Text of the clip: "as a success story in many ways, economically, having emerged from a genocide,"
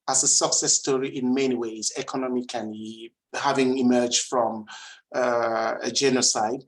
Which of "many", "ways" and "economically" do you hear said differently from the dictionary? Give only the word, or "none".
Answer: economically